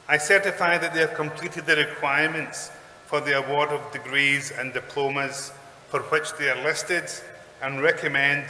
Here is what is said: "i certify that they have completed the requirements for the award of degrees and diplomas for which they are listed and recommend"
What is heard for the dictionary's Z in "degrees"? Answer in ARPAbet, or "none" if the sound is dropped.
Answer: Z